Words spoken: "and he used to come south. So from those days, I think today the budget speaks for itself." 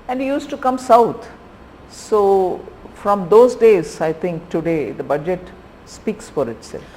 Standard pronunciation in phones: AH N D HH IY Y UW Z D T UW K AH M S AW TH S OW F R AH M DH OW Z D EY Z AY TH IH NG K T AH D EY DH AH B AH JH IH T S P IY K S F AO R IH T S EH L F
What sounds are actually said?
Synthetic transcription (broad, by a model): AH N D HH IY Y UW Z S T UW K AH M S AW T S OW F R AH M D OW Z D EY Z AY T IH NG K T AH D EY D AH B AH JH IH T S P IY K S F AO R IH T S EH L F